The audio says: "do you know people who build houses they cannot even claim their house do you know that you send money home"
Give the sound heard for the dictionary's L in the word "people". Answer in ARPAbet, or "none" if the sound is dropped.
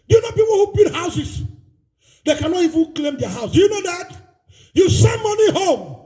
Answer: N